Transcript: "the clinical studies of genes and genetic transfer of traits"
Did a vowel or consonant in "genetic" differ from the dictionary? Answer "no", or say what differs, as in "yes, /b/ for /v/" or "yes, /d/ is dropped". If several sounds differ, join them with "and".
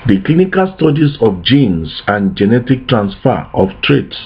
no